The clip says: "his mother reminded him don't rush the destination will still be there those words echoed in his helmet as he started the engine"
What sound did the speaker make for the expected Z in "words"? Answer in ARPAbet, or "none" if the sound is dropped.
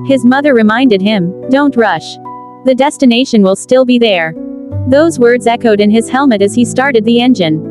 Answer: Z